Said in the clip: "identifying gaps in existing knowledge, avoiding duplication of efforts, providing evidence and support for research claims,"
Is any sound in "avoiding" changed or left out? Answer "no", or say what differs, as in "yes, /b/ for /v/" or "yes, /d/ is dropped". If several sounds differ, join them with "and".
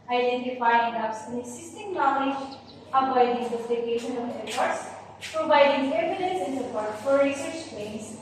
yes, /b/ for /v/